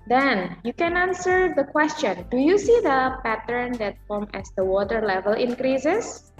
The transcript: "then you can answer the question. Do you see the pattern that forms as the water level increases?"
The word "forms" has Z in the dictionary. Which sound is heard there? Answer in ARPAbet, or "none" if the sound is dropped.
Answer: none